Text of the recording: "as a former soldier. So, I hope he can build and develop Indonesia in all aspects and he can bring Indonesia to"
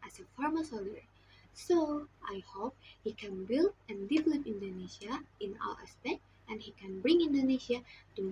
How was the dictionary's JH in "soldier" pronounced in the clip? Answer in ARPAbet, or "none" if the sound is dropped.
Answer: none